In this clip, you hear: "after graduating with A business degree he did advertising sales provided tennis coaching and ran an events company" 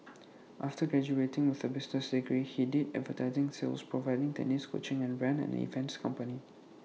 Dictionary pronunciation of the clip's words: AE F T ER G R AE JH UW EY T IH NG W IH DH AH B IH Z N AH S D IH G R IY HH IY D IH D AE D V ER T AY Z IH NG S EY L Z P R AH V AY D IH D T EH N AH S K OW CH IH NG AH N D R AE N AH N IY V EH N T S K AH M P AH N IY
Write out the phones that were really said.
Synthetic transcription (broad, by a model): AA F T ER G R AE JH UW EY T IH NG W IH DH AH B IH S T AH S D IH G R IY HH IY D IH D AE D V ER T AY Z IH NG S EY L S P R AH V AY D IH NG T EH N AH S K OW CH IH NG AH N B R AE N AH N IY F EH N S K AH M P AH N IY